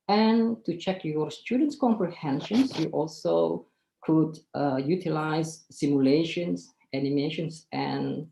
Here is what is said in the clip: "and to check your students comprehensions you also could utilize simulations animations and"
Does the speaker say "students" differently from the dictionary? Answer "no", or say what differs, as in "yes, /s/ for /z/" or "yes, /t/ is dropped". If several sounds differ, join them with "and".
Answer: no